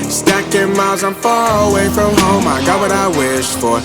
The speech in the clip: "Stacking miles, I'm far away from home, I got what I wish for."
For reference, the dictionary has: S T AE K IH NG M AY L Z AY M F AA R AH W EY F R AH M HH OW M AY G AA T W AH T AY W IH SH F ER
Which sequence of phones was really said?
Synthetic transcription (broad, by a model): S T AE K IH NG M AY L Z AY M F AA R AH W EY F R AH M HH OW M AY G AA T W AH T AY W IH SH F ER